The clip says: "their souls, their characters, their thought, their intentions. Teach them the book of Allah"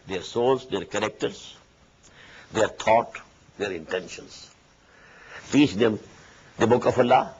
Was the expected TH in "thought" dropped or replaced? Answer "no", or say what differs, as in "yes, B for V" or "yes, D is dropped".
yes, T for TH